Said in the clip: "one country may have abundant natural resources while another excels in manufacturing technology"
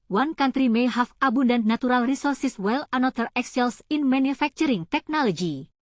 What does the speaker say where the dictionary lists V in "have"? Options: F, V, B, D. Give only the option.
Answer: F